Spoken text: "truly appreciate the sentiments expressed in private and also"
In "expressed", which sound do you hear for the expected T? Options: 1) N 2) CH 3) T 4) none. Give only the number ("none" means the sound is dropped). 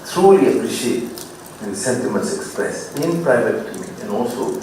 4